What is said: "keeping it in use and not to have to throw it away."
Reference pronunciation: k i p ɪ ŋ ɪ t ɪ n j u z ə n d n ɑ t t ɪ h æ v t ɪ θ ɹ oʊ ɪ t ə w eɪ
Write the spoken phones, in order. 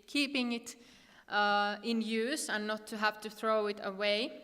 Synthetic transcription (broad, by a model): k i p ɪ ŋ ɪ t ɪ n j u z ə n n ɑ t t ɪ h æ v t ɪ θ ɹ oʊ ɪ t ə w eɪ